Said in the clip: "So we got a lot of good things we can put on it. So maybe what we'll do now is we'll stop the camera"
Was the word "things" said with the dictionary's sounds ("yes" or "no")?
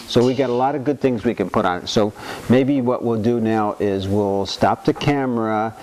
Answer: yes